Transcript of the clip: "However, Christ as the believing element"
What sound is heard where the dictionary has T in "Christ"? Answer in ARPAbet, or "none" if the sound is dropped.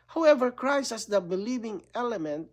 none